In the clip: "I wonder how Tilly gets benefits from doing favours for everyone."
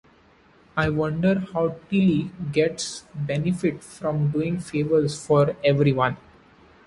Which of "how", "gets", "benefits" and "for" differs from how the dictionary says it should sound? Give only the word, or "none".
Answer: benefits